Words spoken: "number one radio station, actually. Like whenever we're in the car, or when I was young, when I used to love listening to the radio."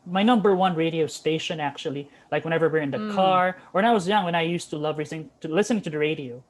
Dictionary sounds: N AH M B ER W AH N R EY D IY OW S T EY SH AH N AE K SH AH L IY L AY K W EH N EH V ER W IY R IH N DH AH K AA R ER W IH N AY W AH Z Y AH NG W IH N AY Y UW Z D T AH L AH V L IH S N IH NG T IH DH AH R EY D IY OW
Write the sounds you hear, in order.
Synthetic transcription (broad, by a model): N AH M B ER W AH N R EY D IY OW S T EY SH AH N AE K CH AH L IY L AY K W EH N EH V ER W IY R IH N DH AH K AA R ER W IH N AY W AH Z Y AH NG W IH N AY Y UW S T AH L AH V L IH S N IH NG T IH DH AH R EY D IY OW